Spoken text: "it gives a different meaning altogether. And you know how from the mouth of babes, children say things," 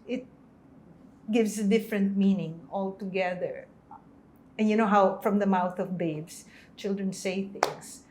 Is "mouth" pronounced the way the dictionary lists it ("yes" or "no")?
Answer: yes